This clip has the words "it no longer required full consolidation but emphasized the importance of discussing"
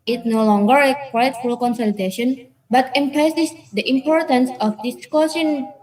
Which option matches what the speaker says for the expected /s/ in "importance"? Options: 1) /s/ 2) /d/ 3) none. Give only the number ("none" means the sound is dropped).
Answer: 1